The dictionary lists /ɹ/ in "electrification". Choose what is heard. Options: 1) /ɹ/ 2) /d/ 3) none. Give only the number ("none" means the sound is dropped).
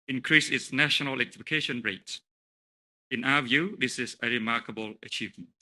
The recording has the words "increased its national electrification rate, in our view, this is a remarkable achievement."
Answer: 3